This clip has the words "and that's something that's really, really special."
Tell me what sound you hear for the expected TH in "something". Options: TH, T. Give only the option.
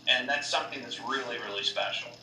TH